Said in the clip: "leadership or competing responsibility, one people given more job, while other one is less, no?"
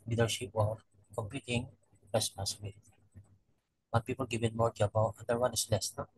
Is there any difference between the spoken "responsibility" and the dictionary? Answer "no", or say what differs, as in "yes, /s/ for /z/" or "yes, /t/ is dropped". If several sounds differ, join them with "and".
yes, /n/ is dropped